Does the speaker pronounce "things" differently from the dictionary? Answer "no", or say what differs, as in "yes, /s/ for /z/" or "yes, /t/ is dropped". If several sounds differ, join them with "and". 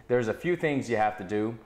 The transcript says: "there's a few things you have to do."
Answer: no